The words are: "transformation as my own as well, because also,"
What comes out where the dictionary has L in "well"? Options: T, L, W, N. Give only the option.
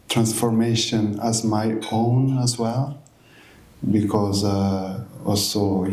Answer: L